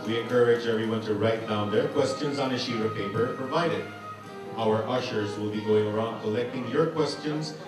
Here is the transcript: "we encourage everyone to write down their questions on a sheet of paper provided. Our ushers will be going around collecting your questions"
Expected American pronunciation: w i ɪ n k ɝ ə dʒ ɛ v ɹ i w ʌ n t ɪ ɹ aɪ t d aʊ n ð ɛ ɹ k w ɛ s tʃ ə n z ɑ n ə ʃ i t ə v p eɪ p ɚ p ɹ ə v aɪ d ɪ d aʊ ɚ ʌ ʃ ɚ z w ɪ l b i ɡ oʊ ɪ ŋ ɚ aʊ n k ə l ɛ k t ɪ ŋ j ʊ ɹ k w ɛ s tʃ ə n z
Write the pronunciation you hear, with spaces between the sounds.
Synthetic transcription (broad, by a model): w i ɪ n k ɝ ə dʒ ɛ v ɹ i w ʌ n t ɪ ɹ aɪ t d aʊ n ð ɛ ɹ k w ɛ s tʃ ə n z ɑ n ə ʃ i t ə v p eɪ p ɚ p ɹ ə v aɪ d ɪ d aʊ ɚ ʌ ʃ ɚ z w ɪ l b i ɡ oʊ ɪ ŋ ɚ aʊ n k ə l ɛ k t ɪ ŋ j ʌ ɹ k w ɛ s tʃ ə n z